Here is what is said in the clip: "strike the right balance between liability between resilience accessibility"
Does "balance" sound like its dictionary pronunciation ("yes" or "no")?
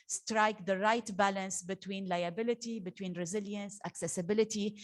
yes